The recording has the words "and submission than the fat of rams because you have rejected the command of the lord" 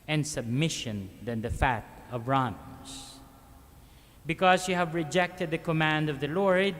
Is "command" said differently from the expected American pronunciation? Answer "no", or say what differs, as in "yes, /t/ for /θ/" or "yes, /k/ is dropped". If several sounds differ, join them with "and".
no